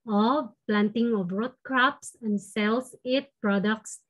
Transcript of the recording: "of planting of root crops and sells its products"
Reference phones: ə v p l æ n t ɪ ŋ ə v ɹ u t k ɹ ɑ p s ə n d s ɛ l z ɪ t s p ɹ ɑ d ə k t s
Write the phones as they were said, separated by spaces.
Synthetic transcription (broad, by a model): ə p l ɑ n t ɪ ŋ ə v ɹ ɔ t k ɹ ɑ p s ə n d s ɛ l s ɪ t p ɹ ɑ d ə k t s